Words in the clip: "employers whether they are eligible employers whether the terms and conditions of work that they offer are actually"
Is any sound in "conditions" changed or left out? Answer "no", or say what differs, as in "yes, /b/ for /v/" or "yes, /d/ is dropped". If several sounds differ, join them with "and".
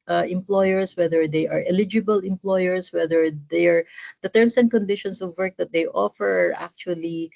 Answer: yes, /s/ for /z/